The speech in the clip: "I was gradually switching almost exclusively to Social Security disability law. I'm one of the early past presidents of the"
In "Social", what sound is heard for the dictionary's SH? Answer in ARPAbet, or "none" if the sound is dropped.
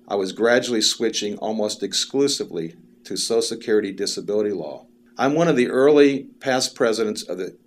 none